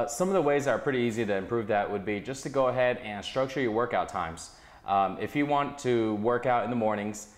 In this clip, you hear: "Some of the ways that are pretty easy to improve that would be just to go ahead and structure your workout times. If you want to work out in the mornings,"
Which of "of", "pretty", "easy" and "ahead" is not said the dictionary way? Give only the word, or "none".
none